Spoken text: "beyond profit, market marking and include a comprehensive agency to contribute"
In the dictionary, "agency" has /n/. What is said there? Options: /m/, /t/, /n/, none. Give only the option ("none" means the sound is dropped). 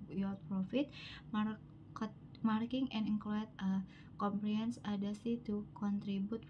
none